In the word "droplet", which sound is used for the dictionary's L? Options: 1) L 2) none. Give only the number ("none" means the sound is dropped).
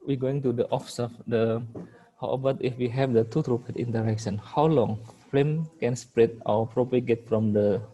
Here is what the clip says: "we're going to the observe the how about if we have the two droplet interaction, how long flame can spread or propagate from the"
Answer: 2